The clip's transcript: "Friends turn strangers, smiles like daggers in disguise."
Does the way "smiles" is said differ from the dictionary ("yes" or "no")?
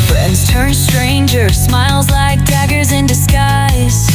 no